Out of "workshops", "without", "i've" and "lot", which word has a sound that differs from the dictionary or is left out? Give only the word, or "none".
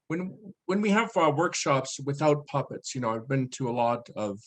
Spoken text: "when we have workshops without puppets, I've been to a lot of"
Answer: none